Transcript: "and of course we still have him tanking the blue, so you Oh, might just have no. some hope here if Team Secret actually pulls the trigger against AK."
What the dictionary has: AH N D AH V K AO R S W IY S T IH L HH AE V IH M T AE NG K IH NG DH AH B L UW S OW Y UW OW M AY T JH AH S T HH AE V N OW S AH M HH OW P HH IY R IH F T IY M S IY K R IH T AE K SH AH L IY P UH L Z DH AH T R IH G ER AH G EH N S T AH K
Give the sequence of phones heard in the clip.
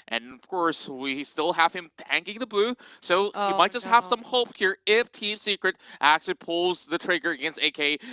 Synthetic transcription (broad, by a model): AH N AH V K AO R S W IY S T IH L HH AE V IH M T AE NG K IH NG DH AH B UW S OW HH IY M AY T JH AH S T HH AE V S AH M HH OW P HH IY R IH F T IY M S IY K R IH T AE K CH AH L IY P UH L Z DH AH T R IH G ER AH G EH N S T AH K